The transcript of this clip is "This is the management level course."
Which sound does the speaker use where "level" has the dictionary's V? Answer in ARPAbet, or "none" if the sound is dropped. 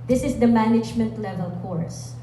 V